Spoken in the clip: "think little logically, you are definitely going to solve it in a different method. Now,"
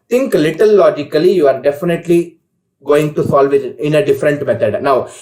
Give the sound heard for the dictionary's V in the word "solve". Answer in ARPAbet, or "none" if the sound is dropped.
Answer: V